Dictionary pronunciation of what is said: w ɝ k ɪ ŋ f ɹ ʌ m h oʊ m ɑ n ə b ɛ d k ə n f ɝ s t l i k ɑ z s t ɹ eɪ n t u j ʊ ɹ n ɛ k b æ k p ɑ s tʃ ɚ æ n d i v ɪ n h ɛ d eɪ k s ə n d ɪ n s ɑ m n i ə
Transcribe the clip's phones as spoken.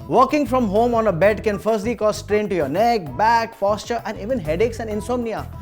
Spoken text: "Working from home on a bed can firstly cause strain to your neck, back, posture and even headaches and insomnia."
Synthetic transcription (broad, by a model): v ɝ k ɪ ŋ f ɹ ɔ m h oʊ m ɑ n ə b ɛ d k ə n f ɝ s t l i k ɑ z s t ɹ eɪ n t u j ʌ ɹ n ɛ k b æ k f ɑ s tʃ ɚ æ n d i v ɪ n h ɛ d eɪ k s ə n d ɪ n s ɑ m n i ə